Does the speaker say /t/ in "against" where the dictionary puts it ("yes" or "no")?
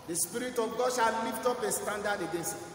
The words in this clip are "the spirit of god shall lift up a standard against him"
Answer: no